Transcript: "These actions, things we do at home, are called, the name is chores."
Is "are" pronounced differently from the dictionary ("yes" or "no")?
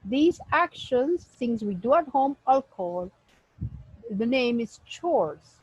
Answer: yes